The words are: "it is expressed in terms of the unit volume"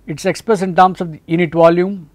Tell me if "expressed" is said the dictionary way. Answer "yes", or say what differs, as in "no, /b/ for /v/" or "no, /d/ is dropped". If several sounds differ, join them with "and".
no, /t/ is dropped